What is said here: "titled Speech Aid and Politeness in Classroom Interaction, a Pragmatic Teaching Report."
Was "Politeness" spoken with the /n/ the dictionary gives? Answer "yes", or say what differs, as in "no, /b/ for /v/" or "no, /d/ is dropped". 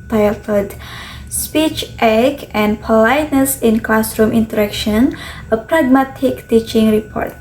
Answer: yes